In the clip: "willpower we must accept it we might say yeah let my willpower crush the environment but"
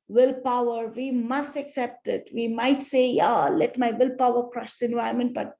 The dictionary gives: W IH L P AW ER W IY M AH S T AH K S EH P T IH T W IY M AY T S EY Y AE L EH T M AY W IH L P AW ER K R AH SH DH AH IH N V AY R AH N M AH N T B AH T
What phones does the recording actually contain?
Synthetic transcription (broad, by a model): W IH L P AW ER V IY M AH S T AH K S EH P T IH T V IY M AY T S EY Y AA L EH T M AY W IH L P AW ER K R AH SH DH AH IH N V AY AH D M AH N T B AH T